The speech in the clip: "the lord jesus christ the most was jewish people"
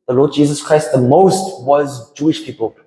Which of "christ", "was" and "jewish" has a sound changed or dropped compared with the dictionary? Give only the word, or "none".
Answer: none